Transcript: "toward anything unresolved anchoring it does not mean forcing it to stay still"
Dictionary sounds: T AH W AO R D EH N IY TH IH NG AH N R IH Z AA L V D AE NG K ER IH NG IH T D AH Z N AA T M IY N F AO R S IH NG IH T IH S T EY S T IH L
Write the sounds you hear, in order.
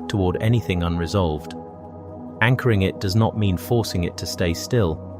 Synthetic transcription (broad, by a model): T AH W AO R D EH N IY TH IH NG AH N R IH Z AA L V D AE NG K ER IH NG IH T D AH Z N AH T M IY N F AO R S IH NG IH T IH S T EY S T IH L